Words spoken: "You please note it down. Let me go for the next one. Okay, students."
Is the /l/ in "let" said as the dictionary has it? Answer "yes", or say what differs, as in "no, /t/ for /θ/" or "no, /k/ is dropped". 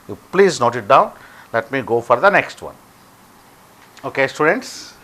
yes